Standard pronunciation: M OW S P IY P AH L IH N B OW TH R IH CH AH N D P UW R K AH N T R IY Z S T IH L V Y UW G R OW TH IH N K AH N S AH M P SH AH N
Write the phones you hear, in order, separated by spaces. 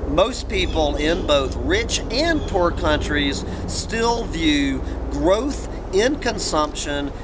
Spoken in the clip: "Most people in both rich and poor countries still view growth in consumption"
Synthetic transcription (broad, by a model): M OW S P IY P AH L IH N B OW TH R IH CH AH N P UW R K AH N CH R IY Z S T IH L V Y UW G R OW TH IH N K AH N S AH M P SH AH N